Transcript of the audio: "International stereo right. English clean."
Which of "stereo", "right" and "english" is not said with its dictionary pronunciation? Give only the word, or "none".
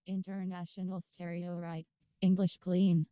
none